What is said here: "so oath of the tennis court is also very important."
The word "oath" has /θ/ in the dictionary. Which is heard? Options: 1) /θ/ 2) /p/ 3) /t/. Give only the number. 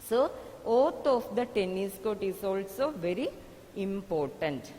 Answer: 3